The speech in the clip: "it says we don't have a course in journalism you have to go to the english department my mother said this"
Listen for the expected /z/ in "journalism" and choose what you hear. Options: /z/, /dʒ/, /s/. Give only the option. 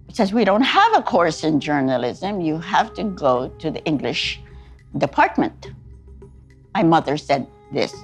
/z/